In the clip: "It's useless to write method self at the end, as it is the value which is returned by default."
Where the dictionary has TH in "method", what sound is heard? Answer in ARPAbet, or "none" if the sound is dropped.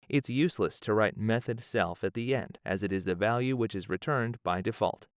TH